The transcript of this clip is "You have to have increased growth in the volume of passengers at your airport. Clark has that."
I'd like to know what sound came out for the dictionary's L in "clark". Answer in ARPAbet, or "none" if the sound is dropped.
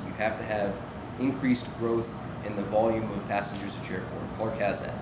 none